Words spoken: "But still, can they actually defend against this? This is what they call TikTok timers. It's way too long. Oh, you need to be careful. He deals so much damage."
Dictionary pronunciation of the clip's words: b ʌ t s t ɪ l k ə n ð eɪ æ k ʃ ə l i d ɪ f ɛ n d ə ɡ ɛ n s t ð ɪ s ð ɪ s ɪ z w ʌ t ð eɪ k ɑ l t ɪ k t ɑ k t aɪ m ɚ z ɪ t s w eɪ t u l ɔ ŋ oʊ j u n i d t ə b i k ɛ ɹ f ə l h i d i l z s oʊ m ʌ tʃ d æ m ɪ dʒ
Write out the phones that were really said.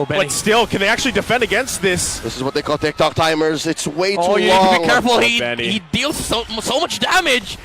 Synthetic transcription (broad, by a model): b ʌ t s t ɪ l k ə n ð eɪ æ k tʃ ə l i d ɪ f ɛ n d ə ɡ ɛ n s t ð ɪ s ð ɪ s ɪ z w ʌ t ð eɪ k ɑ l t ɪ k t ɑ k t aɪ m ɚ z ɪ t s w eɪ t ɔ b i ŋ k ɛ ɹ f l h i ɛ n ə h i d i l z s oʊ m ʌ tʃ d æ m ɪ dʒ